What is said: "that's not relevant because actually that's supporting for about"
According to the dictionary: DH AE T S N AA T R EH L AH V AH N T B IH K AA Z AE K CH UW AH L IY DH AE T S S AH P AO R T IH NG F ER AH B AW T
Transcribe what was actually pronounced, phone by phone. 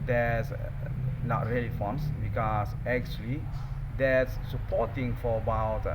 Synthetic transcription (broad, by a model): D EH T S N AA T R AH L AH F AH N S B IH K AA S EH K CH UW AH L IY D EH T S S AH P AO T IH NG F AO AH B AW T